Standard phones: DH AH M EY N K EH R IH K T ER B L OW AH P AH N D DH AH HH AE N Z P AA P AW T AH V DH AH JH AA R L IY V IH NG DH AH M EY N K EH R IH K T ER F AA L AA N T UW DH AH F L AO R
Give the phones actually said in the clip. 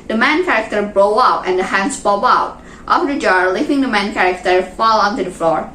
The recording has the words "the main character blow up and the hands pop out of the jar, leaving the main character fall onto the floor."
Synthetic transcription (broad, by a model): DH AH M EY N K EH R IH K T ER B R OW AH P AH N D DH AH HH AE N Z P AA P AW T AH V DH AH JH AA R L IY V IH NG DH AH M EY N K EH R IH K T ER F AA L AA N T UW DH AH F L AO R